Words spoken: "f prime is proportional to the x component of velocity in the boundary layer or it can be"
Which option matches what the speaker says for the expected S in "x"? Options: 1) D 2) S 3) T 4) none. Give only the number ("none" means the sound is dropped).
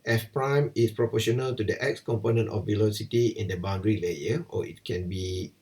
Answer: 2